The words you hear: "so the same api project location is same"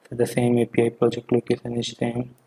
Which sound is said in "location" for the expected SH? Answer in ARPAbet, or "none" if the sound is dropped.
S